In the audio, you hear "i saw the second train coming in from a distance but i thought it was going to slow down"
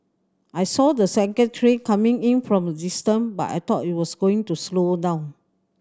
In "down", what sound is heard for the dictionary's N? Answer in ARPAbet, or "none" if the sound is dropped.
none